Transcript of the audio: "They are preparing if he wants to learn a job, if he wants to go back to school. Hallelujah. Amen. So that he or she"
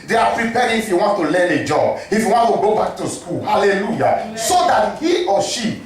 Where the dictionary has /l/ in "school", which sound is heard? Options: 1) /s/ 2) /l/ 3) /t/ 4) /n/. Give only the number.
2